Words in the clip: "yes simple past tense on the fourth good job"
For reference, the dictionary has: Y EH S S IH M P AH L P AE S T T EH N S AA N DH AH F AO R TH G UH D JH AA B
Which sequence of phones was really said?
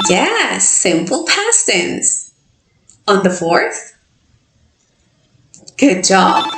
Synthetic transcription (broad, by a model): Y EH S S IH M P L P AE S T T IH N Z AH N DH AH F AO R TH G UH D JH AA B